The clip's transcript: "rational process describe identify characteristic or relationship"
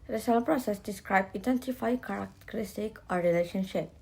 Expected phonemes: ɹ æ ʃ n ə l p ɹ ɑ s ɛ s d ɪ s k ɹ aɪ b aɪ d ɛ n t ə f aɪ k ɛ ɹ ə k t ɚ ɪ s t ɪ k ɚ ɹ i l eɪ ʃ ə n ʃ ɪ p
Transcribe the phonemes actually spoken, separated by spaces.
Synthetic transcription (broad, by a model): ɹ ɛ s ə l p ɹ ɑ s ɛ s d ɪ s k ɹ aɪ b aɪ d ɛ n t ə f aɪ k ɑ ɹ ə k t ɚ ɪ s t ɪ k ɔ ɹ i l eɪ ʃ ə n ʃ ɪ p